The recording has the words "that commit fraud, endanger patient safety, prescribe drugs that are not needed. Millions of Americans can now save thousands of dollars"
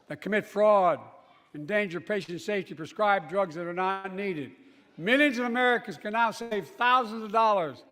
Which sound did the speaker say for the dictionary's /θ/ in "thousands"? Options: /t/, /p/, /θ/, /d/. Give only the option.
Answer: /θ/